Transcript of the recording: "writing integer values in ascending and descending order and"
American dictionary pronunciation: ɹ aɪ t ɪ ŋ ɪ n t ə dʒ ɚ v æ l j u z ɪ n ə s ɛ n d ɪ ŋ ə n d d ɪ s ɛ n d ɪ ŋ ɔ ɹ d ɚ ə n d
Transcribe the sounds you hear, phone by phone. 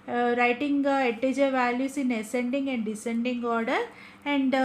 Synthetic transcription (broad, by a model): ɹ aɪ t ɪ ŋ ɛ t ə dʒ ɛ v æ l j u s ɪ n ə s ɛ n d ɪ ŋ ə n d d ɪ s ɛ n d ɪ ŋ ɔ ɹ d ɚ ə n d